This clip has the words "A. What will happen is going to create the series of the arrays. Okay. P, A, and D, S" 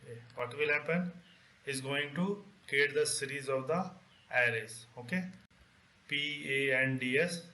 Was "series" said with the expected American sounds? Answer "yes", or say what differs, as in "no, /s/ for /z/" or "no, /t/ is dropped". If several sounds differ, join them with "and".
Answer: yes